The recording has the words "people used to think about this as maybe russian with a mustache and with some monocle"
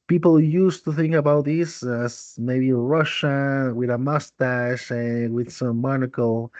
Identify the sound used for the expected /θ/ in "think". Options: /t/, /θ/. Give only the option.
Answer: /θ/